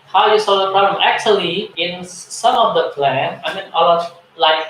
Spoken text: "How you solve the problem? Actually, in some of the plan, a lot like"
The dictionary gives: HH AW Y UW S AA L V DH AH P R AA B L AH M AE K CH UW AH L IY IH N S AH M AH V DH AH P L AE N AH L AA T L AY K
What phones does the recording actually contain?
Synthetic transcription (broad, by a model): HH AW Y UW S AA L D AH P R AA B L AH M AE K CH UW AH L IY IH N S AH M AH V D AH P L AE N AH N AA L L AY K